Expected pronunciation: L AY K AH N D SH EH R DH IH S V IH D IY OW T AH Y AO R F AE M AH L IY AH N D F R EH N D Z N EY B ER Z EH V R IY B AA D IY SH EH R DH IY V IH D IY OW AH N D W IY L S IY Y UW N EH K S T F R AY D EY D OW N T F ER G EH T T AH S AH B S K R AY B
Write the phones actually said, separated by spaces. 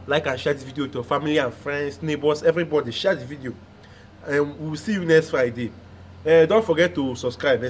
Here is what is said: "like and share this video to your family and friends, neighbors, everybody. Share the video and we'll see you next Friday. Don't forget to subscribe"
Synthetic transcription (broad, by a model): L AY K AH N SH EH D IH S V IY D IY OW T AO F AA M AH L IY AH N F R EH N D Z N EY B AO S EH V R IY B AA D IY SH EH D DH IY V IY D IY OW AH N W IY W S IY Y UW N EH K S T F R AY D EY D OW N T F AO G EH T T AH S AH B S K R AY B